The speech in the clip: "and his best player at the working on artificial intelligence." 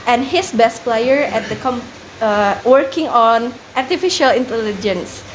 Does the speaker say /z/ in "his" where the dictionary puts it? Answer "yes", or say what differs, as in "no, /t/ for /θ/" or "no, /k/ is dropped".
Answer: no, /s/ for /z/